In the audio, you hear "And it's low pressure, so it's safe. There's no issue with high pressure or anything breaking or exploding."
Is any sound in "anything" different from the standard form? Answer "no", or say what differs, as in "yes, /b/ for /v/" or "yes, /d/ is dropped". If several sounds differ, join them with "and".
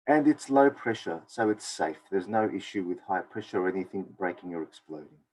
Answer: no